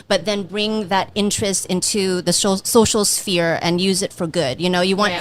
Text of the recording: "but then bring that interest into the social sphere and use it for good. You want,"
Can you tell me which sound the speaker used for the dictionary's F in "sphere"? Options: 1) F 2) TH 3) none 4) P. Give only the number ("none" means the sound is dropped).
1